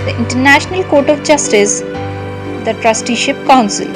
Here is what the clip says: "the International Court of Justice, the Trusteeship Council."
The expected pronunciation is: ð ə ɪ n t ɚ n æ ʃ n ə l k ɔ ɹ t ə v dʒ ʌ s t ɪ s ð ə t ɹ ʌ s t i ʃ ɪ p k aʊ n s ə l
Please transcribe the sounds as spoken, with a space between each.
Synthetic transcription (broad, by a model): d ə ɪ n t ɚ n æ ʃ n ə l k ɔ ɹ t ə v dʒ ʌ s t ɪ s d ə t ɹ ʌ s t i ʃ ɪ p k aʊ n s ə l